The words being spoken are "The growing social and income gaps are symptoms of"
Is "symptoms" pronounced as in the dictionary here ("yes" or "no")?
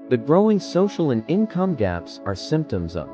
yes